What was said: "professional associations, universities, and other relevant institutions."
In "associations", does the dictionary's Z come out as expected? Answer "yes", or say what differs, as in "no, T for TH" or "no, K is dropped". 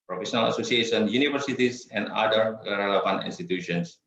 no, Z is dropped